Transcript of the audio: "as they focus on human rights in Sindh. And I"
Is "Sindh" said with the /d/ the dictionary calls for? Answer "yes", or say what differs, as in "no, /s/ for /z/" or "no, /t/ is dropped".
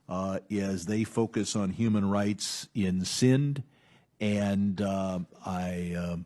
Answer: yes